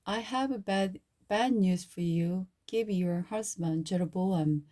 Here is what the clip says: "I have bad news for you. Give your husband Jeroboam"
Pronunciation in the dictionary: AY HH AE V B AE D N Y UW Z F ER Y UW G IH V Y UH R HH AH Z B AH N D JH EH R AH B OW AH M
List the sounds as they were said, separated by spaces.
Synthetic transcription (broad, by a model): AY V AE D B AE D N Y UW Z F ER Y UW G IH V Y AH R HH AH S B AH N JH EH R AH B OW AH M